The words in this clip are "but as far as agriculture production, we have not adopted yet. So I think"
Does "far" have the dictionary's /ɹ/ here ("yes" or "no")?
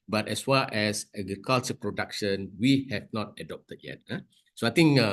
no